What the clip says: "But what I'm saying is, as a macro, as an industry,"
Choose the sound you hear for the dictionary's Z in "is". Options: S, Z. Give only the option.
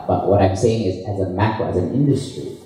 Z